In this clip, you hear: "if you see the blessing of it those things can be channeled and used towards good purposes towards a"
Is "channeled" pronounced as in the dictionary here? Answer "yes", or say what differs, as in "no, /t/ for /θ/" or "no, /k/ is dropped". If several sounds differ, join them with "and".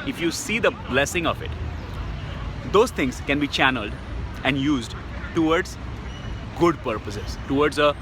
yes